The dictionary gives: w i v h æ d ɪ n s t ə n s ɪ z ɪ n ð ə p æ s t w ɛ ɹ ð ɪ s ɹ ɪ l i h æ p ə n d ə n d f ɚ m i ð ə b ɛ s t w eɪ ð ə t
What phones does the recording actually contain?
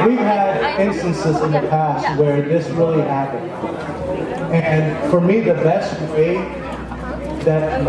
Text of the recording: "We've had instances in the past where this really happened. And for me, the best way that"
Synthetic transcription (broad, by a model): w i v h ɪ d ɪ n s t ə n s ɪ z ɪ n ð ə p æ s t w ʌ ɹ ð ɪ s ɹ ɪ l i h æ p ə n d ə n f ɚ m i ð ə b ɛ s t w eɪ ð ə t